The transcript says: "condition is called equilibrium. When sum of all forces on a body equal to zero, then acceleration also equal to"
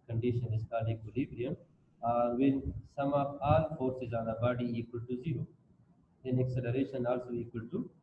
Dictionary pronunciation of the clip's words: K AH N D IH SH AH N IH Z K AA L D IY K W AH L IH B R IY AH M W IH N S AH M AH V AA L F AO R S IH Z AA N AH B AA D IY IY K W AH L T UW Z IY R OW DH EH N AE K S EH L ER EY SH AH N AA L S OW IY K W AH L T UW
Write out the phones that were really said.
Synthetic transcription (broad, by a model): K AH N D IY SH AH N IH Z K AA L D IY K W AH L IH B R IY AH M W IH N S AH M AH P AA L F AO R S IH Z AA N AH B AA D IY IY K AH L T UW Z IY R OW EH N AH K S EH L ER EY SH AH N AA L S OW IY K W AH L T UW